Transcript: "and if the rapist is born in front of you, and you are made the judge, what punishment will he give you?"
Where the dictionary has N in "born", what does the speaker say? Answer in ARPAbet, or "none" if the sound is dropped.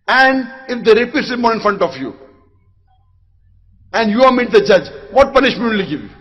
none